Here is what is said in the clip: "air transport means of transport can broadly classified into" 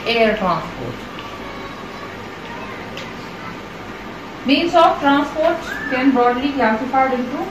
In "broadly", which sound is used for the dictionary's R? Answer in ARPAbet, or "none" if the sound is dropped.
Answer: none